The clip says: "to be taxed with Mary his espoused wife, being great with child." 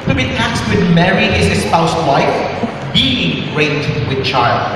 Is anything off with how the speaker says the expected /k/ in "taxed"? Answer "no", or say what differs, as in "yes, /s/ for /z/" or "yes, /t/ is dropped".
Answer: yes, /k/ is dropped